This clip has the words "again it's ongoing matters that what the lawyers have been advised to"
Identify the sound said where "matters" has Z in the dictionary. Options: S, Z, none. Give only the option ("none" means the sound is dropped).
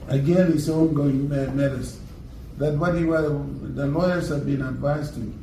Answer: S